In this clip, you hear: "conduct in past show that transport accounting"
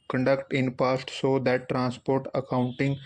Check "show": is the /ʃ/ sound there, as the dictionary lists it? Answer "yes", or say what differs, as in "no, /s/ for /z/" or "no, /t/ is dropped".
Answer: no, /s/ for /ʃ/